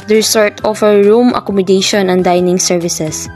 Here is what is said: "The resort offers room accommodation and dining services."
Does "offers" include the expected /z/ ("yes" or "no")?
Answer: no